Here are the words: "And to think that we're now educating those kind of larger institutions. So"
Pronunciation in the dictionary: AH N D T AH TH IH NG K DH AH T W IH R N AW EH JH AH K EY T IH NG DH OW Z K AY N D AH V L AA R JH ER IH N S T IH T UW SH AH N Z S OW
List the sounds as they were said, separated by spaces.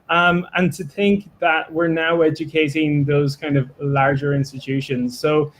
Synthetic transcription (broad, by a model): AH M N T AH TH IH NG K DH AH T W IH R N AW EH JH AH K EY T IH NG DH OW Z K AY N D AH V L AA R JH ER IH N S T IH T UW SH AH N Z S OW